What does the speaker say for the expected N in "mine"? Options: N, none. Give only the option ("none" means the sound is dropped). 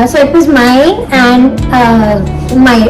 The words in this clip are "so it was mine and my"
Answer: none